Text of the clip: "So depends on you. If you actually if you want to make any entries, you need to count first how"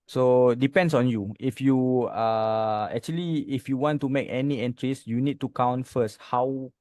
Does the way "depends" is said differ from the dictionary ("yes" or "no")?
yes